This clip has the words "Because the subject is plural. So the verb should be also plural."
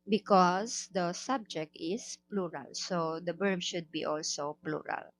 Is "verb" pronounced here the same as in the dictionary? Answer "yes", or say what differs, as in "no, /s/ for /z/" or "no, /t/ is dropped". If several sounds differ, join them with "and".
no, /b/ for /v/